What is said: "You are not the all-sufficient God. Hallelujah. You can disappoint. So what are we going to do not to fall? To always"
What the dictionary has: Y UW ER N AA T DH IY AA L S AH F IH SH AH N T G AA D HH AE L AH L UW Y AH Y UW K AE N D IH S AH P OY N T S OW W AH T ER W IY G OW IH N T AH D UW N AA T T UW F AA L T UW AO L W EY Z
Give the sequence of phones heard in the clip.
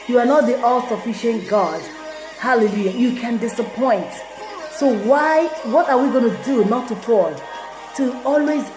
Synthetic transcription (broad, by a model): Y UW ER N AA T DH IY AA L S AH F IH SH AH N T G AA D HH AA L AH L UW Y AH Y UW K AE N D IH S AH P OY N T S OW W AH T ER W IY G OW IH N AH D UW N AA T T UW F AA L T UW AO L W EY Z